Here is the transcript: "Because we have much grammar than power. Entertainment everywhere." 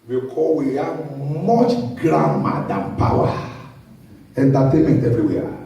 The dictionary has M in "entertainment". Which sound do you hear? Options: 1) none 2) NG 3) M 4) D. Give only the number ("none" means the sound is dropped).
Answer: 1